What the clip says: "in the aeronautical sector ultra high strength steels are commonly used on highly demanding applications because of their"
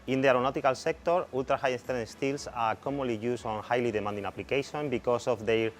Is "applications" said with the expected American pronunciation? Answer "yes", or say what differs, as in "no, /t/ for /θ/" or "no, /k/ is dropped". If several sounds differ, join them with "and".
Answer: no, /z/ is dropped